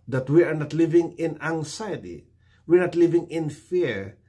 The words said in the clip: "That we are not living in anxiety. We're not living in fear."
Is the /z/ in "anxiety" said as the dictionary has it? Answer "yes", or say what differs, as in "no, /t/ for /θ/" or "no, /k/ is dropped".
no, /s/ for /z/